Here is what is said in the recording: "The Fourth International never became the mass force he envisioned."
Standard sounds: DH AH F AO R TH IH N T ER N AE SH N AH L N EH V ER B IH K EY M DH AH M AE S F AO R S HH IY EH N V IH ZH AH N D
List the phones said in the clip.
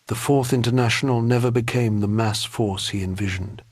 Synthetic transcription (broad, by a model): DH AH F AO R TH IH N T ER N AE SH N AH L N EH V ER B IH K EY M DH AH M AE S F AO R S HH IY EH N V IH ZH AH N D